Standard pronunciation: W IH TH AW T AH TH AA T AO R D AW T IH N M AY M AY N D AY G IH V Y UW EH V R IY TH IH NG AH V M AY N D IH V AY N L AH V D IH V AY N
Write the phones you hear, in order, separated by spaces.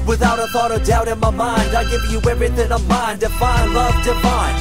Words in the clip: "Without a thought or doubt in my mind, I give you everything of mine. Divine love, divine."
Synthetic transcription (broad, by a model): W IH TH AW T AH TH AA T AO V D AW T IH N M AY M AY N D AY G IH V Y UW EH R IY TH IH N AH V M AY N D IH F AY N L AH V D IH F AY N